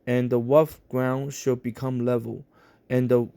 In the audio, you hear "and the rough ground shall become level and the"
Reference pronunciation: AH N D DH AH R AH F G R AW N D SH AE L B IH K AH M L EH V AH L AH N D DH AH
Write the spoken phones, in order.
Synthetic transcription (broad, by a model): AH N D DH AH W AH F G R AW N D SH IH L B IH K AH M L EH V AH L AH N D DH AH